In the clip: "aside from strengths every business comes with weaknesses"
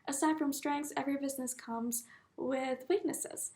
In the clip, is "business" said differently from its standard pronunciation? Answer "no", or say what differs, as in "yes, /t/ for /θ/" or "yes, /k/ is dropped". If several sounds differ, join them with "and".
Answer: no